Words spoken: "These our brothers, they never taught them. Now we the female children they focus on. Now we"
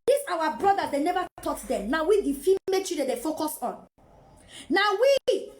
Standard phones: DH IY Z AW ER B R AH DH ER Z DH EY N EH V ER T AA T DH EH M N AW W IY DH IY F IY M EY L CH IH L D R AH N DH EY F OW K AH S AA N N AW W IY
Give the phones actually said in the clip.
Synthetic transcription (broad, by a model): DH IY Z AW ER B R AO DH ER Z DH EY N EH V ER T AA T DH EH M N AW W IY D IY F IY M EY CH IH D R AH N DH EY F OW K AH S AA N N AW W IY